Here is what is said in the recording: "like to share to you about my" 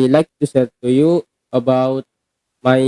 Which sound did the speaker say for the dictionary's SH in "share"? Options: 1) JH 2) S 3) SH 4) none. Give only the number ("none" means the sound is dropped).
2